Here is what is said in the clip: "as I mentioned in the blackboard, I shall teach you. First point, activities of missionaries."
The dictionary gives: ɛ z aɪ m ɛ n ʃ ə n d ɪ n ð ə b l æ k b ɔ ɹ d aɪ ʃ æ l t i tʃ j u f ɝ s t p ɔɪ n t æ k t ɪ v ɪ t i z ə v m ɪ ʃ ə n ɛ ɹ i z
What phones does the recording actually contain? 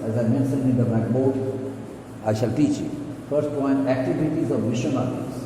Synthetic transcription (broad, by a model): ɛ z aɪ m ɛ n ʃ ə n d ɪ n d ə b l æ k b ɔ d aɪ ʃ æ l t i tʃ j u f ɝ s t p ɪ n æ k t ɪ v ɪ t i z ə v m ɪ ʃ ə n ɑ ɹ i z